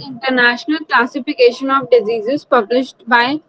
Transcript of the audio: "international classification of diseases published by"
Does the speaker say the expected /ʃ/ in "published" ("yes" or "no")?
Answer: yes